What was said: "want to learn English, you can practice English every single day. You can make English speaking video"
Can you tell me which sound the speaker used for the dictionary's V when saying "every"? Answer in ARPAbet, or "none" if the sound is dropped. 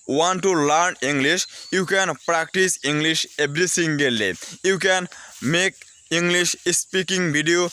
B